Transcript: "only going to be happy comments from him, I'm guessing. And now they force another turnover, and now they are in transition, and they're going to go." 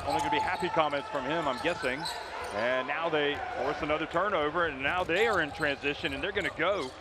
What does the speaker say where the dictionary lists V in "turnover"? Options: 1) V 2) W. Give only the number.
1